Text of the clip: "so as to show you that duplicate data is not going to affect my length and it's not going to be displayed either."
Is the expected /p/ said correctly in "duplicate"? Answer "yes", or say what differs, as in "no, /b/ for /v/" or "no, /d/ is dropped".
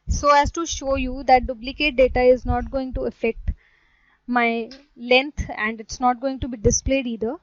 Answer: no, /b/ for /p/